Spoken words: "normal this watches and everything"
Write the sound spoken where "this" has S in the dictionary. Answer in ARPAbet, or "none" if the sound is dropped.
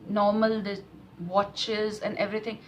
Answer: none